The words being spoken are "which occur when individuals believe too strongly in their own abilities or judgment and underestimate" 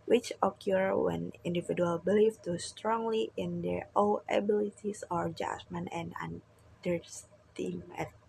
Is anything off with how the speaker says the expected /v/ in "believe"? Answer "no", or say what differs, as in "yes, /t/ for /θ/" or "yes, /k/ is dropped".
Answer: yes, /f/ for /v/